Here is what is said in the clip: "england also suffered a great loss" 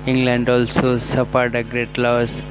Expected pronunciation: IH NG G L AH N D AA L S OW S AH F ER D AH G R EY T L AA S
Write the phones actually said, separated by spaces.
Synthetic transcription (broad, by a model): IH NG G L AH N D AA L S OW S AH P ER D AH G R EY T L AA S